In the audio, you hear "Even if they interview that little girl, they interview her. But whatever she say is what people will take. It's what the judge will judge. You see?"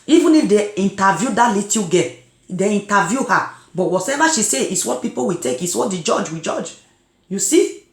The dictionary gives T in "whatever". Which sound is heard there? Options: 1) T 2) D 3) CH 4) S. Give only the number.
4